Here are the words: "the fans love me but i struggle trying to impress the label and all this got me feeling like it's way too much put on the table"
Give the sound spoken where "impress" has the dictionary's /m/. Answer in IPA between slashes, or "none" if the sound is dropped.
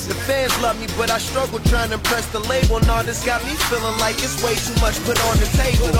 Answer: none